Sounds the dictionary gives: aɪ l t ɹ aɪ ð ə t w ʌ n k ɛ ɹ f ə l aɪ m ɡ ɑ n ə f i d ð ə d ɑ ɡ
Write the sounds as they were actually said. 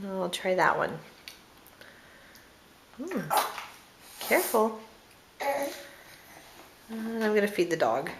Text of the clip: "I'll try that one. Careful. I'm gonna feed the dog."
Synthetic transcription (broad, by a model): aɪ l t ɹ aɪ ð ə t w ʌ n k ɛ ɹ f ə n aɪ m ɡ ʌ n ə f i d ð ə d ɑ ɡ